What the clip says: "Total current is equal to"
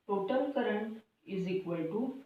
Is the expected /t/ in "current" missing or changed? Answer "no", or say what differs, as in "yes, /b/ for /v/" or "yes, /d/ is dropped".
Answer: yes, /t/ is dropped